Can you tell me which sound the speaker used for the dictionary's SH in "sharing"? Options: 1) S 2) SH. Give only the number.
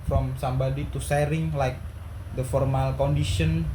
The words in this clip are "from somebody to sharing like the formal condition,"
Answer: 1